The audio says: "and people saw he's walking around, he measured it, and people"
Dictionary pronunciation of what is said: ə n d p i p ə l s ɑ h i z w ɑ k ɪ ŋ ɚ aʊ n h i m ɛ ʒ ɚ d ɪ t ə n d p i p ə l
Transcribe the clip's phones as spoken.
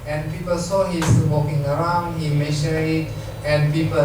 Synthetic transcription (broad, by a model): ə n p i p ə l s ɑ h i s w ɑ k ɪ ŋ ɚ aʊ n h i m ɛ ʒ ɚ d ɪ t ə n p i p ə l